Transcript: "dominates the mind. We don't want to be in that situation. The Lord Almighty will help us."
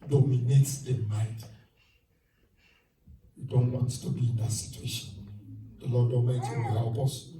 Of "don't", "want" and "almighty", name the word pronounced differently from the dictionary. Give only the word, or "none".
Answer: almighty